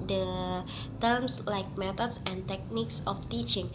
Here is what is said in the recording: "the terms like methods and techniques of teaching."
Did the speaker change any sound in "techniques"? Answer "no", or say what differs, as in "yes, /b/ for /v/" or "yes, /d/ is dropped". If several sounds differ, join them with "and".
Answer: no